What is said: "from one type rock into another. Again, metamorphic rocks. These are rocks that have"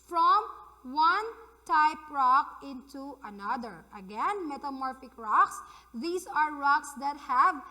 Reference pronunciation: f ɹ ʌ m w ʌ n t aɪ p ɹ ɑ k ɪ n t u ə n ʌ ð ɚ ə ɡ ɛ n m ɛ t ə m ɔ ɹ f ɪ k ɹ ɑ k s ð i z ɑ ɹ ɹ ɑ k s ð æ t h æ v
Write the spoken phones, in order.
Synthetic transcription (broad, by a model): f ɹ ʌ m w ʌ n t aɪ p ɹ ɑ k ɪ n t u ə n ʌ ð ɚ ə ɡ ɛ n m ɛ t ə m ɔ ɹ f ɪ k ɹ ɑ k s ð i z ɑ ɹ ɹ ɑ k s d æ t h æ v